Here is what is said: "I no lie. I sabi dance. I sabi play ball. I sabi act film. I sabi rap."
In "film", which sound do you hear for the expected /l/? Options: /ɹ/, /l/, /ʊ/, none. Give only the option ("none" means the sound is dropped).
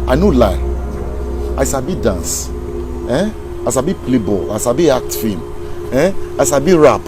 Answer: none